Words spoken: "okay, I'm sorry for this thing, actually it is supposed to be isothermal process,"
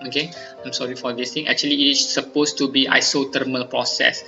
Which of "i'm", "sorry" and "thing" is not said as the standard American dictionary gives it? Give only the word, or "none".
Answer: thing